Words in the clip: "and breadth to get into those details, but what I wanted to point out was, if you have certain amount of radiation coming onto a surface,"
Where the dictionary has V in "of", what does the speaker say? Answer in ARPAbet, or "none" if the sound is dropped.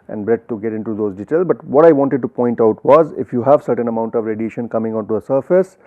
V